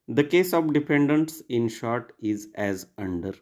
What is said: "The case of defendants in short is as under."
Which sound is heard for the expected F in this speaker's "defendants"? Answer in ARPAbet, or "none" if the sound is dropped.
P